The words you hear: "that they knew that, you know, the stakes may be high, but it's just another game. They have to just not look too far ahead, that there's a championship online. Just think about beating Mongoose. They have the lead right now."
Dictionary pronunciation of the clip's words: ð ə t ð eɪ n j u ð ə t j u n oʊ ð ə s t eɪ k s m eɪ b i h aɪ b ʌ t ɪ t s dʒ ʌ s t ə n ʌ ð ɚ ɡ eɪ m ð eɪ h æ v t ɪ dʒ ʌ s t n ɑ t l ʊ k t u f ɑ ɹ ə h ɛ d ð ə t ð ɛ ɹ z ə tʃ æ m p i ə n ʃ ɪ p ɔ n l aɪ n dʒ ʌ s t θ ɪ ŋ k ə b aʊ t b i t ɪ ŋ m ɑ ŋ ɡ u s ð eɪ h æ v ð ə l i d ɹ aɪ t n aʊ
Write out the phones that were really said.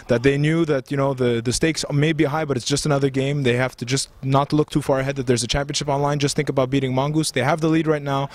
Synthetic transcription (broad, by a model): ð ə t ð eɪ n j u ð ə t j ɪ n oʊ ð ə s t eɪ k s m eɪ b i h aɪ b ʌ t ɪ t s dʒ ʌ s t ə n ʌ ð ɚ ɡ eɪ m ð eɪ h æ f t ɪ dʒ ʌ s t n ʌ t l ʊ k t u f ɑ ɹ ə h ɛ d ð ə t ð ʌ ɹ z ə tʃ æ m p i ə n ʃ ɪ p ɔ n l aɪ n dʒ ʌ s t θ ɪ ŋ k ə b aʊ t b i t ɪ ŋ m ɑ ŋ ɡ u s ð eɪ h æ v ð ə l i d ɹ aɪ t n aʊ